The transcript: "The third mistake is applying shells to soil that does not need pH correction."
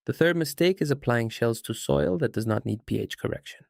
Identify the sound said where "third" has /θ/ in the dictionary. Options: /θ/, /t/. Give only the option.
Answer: /θ/